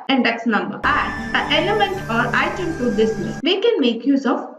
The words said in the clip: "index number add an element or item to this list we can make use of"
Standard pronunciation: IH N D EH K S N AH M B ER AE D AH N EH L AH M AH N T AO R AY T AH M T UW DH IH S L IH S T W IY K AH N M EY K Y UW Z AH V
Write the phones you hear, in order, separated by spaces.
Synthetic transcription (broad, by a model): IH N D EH K S N AH M B ER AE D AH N EH L AH M AH N T AO R AY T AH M T UW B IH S N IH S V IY K AH N M EY K Y UW Z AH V